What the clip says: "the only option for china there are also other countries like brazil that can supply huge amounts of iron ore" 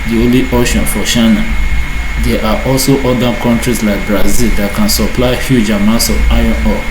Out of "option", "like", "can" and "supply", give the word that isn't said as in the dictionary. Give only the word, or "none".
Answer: option